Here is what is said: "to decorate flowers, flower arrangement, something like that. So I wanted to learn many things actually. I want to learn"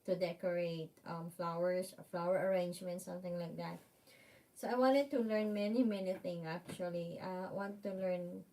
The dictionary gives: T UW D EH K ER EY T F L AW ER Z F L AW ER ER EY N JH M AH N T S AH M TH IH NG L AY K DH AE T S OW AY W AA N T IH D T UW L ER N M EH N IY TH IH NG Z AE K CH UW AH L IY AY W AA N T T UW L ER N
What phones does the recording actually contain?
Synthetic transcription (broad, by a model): T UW D EH K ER EY T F L AW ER S F L AW ER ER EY N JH M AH N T S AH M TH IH NG L AY K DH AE T S OW AY W AA N T IH D T UW L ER N M EH N IY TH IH NG S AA K CH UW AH L IY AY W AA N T T UW L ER N